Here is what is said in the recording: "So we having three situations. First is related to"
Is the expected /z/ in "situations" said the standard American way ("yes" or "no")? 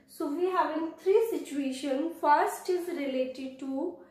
no